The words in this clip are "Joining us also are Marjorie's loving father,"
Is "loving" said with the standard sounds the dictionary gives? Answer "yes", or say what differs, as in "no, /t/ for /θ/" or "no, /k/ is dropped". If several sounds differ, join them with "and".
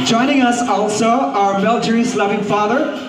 yes